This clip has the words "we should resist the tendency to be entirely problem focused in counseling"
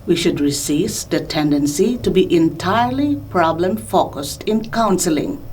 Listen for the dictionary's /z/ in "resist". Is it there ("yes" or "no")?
no